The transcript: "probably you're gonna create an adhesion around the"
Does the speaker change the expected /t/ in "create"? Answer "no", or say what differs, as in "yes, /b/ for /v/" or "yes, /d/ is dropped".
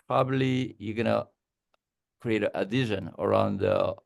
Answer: yes, /t/ is dropped